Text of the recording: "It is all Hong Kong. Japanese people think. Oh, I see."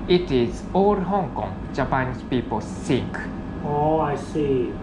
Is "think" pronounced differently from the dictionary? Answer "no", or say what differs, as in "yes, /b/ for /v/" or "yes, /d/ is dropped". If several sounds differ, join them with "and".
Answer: yes, /s/ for /θ/